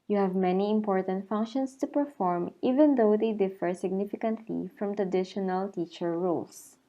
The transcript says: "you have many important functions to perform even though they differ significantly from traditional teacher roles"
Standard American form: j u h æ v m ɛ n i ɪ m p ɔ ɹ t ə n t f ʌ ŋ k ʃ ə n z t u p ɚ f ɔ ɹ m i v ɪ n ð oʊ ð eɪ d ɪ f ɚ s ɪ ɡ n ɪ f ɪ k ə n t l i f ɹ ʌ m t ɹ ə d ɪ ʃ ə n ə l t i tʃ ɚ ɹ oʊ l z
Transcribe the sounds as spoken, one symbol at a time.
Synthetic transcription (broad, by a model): j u h æ v m ɛ n i ɪ m p ɔ ɹ t ə n t f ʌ ŋ k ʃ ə n s t u p ɚ f ɔ ɹ m i v ɪ n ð oʊ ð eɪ d ɪ f ɚ s ɪ ɡ n ɪ f ɪ k ə n t l i f ɹ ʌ m t ɹ ə d ɪ ʃ ə n ə l t i tʃ ɚ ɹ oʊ l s